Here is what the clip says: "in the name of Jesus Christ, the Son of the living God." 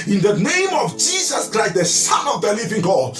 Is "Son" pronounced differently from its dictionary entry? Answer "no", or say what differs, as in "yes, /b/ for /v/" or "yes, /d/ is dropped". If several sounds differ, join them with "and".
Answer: yes, /n/ is dropped